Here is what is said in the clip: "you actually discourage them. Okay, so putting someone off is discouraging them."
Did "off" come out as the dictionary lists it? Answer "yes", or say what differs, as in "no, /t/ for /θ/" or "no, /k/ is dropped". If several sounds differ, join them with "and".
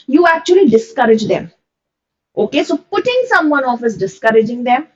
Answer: yes